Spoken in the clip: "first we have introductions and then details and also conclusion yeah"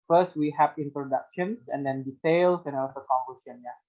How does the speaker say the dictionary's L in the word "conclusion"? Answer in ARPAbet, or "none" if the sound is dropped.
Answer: none